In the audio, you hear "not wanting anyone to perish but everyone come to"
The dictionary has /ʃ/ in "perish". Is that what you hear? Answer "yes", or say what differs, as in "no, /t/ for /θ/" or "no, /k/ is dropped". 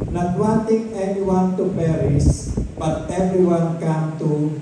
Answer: no, /s/ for /ʃ/